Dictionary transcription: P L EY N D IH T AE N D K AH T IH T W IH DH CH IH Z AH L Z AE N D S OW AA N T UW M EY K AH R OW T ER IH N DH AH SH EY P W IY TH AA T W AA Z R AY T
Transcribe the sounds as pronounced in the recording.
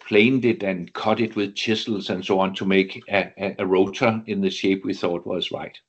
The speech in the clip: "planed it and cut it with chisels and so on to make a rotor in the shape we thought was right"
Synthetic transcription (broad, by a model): P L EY N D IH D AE N K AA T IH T W IH DH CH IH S L S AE N S OW AA N S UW M EY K AH R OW S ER IH N DH AH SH EY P W IY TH AA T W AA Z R AY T